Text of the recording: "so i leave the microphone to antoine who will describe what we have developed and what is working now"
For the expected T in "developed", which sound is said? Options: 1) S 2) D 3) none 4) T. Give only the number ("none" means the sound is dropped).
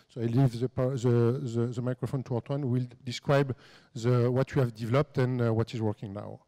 4